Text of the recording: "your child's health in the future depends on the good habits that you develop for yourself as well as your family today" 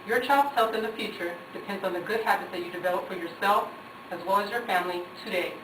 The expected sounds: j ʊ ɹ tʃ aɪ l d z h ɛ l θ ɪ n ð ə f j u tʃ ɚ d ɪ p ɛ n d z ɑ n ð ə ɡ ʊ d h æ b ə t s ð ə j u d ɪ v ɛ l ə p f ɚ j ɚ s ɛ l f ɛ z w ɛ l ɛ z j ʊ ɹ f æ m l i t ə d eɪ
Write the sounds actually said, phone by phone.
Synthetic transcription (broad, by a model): j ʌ ɹ tʃ aɪ l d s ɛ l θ ɪ n ð ə f j u tʃ ɚ d ɪ p ɛ n d z n ð ə ɡ ʊ d h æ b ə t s ð ə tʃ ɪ d ɪ v ɛ l ə p f ɚ j ɚ s ɛ l f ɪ z w ɛ l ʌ z j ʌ ɹ f æ m l i t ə d eɪ